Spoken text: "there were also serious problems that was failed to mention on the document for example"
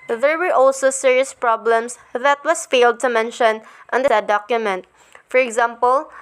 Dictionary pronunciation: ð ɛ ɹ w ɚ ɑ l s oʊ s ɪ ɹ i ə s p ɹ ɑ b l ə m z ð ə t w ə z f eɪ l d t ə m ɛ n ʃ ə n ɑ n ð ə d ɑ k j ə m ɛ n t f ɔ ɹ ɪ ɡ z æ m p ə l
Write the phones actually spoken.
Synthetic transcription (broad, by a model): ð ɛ ɹ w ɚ ɑ l s oʊ s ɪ ɹ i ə s p ɹ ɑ b l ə m s ð ə t w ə s f eɪ l d t ə m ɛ n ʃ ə n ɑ n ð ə d ɑ k j ə m ɛ n t f ɔ ɹ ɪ ɡ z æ m p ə l